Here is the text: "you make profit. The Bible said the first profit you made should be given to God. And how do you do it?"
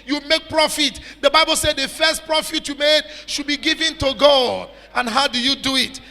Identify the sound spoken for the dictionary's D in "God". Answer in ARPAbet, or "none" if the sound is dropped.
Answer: none